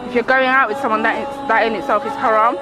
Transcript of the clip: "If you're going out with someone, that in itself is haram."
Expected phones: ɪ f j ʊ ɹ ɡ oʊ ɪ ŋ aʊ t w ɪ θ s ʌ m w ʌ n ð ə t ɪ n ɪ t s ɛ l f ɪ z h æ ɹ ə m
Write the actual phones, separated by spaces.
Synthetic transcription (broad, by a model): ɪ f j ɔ ɡ oʊ ɪ ŋ aʊ t w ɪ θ s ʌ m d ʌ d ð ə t ɪ n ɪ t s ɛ f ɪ s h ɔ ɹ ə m